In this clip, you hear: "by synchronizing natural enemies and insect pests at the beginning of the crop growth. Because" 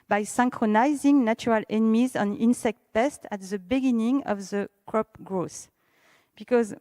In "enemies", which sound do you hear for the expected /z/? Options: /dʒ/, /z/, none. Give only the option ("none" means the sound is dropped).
/z/